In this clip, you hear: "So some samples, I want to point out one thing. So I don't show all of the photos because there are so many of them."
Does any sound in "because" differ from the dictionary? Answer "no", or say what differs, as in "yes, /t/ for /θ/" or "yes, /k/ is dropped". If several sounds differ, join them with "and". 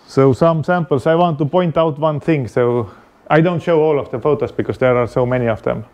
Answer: yes, /s/ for /z/